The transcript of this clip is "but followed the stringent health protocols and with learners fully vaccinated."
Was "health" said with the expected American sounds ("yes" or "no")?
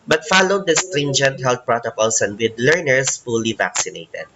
no